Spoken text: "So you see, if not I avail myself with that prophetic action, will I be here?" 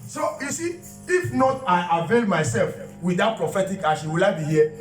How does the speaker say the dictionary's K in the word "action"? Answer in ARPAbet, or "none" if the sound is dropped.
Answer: none